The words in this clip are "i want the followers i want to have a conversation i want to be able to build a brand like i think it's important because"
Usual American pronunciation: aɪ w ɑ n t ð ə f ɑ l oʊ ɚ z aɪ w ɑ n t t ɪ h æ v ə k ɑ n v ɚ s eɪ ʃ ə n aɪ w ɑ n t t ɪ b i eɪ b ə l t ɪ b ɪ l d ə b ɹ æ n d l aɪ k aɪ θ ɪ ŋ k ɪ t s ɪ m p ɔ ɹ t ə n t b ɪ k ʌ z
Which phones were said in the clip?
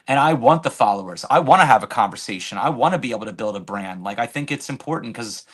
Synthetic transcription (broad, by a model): aɪ w ɑ n ð ə f ɑ l oʊ ɚ z aɪ w ɑ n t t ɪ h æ v ə k ɑ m v ɚ s eɪ ʃ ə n aɪ w ɑ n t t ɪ b i eɪ b l t ɪ b ɪ l d ə b ɹ æ n d l aɪ k aɪ θ ɪ ŋ k ɪ t s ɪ m p ɔ ɹ t n k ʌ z